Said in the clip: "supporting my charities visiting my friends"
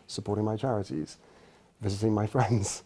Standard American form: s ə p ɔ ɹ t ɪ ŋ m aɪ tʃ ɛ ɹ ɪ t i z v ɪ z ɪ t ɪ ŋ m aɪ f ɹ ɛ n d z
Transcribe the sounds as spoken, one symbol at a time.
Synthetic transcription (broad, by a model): s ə p ɔ ɹ t ɪ ŋ m aɪ tʃ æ ɹ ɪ t i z v ɪ z ɪ t ɪ ŋ m aɪ f ɹ ɛ n d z